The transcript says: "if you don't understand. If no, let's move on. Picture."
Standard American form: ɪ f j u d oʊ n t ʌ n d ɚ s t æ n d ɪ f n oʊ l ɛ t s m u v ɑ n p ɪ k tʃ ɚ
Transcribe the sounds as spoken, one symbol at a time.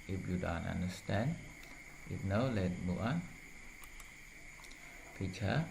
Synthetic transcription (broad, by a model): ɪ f j u d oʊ n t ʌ n d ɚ s t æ n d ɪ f n oʊ l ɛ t m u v ɑ n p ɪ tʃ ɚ